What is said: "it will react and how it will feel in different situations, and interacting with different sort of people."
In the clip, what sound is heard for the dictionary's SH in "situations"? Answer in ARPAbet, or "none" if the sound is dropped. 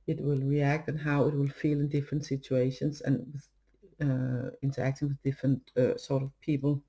SH